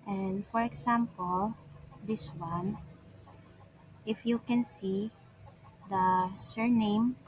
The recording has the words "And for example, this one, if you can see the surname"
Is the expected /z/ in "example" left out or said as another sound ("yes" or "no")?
yes